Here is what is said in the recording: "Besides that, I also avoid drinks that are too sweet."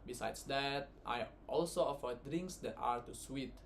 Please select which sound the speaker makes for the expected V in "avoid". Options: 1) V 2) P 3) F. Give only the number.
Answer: 3